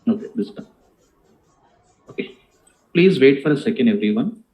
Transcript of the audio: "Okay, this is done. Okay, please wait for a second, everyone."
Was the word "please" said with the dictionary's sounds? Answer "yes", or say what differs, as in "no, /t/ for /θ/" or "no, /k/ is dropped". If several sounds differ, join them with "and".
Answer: yes